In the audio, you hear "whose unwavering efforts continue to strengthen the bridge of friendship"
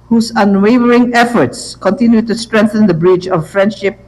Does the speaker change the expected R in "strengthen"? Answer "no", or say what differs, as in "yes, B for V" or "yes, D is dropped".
no